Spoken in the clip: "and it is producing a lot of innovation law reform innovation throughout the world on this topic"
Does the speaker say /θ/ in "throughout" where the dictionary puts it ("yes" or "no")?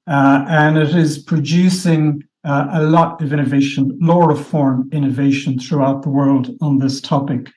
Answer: yes